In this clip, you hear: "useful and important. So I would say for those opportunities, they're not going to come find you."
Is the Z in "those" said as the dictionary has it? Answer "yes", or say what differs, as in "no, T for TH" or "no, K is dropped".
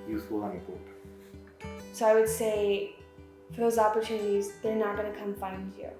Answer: yes